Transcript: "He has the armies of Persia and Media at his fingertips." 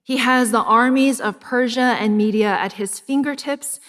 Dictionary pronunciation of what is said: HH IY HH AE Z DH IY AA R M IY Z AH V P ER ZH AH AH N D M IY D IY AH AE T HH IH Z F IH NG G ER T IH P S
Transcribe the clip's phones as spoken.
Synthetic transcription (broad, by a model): HH IY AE Z DH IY AA R M IY Z AH V P ER ZH AH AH N M IY D IY AH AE T HH IH Z F IH NG G ER T IH P S